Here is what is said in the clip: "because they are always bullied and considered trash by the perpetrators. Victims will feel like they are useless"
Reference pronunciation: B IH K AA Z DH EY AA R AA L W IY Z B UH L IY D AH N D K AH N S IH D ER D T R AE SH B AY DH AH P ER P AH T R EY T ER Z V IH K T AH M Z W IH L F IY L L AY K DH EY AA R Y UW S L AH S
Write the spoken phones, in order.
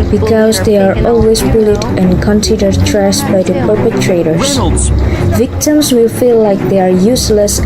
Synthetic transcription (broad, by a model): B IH K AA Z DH EY AA R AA L W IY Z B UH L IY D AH N K AH N S IH D ER D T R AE S B AY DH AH P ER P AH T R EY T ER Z V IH K T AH M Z W IH L F IY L L AY K DH EY AA R Y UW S L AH S